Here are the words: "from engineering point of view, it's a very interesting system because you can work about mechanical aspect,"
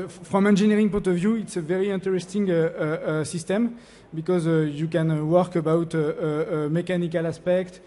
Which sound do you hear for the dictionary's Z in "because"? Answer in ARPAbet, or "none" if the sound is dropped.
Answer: Z